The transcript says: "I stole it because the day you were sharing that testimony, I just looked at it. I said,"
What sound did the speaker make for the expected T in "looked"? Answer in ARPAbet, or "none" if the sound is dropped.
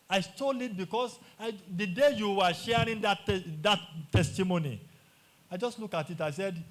none